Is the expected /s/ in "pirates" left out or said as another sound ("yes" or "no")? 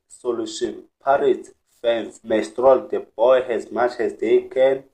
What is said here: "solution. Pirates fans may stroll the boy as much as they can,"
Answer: yes